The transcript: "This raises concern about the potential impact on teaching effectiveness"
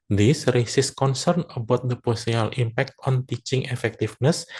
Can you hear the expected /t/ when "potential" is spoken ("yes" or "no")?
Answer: no